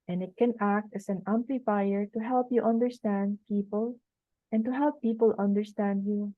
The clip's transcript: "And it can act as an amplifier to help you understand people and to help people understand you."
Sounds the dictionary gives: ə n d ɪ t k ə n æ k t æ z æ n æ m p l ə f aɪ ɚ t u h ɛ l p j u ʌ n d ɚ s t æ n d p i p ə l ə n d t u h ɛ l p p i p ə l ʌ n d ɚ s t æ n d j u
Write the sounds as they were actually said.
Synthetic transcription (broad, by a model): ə n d ɪ t k ə n æ k t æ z æ n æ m p l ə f aɪ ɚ t u h ɛ l p j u ʌ n d ɚ s t æ n d p i p ə l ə n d t u h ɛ l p p i p ə l ʌ n d ɚ s t æ n d j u